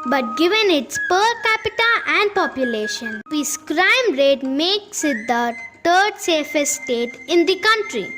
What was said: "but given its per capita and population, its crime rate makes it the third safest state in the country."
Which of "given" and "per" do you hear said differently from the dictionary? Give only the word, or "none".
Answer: none